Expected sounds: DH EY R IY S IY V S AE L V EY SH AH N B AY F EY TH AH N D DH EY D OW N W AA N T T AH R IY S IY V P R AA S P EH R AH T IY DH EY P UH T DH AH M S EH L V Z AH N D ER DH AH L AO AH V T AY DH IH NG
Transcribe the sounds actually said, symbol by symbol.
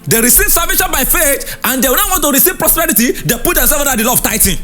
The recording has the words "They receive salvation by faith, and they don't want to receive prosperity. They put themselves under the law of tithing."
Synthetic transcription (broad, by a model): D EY R IY S IY V S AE V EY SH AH N B AY F EY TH AH N D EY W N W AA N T T AH R IY S IY V P R AA S P EH R AH T IY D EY P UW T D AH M S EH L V AO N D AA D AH L AO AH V T AY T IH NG